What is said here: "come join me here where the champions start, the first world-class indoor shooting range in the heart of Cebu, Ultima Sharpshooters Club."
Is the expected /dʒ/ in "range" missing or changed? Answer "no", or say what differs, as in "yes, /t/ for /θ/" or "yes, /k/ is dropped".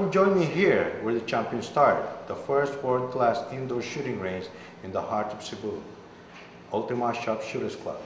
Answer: yes, /z/ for /dʒ/